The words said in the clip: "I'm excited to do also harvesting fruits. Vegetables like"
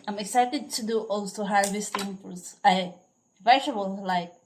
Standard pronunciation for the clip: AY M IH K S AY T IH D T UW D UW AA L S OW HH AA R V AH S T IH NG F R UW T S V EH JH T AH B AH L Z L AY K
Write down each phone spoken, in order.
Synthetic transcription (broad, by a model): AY M IH K S AY T IH D T UW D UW AA L S OW HH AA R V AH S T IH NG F UW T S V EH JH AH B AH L L AY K